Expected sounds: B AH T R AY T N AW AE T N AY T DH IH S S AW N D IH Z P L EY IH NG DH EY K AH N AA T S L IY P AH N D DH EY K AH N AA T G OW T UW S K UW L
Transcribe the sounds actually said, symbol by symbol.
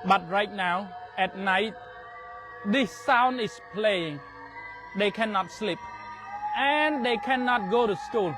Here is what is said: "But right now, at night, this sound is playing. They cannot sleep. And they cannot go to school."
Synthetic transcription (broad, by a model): B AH T R AY T N AW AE T N AY T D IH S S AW N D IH S P L EY IH NG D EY K AH N AA T S L IY P AH N D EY K AH N AA T G OW T UW S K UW L